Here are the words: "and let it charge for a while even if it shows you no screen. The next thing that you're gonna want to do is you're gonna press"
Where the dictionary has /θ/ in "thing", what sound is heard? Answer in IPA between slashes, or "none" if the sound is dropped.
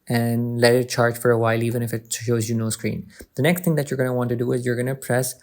/t/